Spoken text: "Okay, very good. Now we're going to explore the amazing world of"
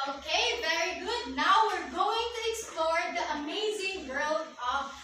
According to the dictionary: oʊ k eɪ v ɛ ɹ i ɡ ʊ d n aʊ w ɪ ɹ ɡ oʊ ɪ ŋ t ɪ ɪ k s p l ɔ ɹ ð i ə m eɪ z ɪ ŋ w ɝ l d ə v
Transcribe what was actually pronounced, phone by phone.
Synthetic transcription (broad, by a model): oʊ k eɪ v ɛ ɹ i ɡ ʊ d n aʊ w ɪ ɹ ɡ oʊ ɪ ŋ t ɪ ɪ k s p l ɔ ɹ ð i ə m eɪ z ɪ ŋ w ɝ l ə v